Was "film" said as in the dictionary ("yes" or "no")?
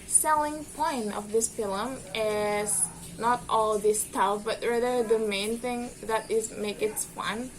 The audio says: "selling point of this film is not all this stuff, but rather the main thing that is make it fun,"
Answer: no